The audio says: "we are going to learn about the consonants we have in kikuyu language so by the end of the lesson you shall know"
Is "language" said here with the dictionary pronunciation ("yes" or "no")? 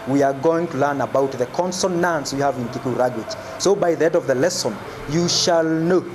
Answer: no